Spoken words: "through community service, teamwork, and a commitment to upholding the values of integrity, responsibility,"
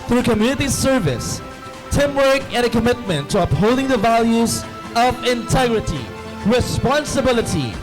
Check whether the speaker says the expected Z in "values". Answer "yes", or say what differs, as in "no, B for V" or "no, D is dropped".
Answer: yes